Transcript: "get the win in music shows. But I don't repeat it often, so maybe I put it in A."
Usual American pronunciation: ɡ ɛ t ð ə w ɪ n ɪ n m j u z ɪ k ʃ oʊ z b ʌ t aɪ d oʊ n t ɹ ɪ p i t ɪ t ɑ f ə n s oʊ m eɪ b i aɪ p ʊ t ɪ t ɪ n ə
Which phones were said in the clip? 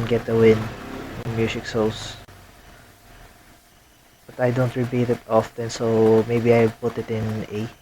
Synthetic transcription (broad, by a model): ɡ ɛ t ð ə w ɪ n ɪ n m j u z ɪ k s oʊ s b ʌ t aɪ d oʊ n t ɹ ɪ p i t ɪ t ɑ f ə n s oʊ m eɪ b i aɪ p ʊ t ɪ t ɪ n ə